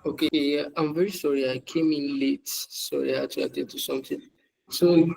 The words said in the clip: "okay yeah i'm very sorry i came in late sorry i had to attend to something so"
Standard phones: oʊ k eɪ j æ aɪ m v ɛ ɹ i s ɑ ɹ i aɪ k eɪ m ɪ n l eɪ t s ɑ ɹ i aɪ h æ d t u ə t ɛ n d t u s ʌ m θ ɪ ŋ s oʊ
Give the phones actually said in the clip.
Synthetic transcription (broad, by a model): oʊ k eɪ j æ aɪ m v ɛ ɹ i s ɑ ɹ i aɪ k eɪ m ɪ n l eɪ t s ɑ ɹ i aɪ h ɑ t u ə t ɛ t u s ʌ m t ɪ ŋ s oʊ